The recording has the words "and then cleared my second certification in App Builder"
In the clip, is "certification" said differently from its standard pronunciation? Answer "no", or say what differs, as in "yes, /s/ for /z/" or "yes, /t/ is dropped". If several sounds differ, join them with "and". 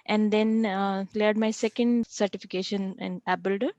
no